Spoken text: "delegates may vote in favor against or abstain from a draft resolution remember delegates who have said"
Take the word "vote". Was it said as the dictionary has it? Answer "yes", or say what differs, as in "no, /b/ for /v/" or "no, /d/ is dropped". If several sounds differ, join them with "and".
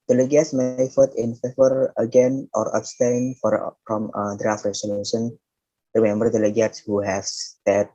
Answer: no, /f/ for /v/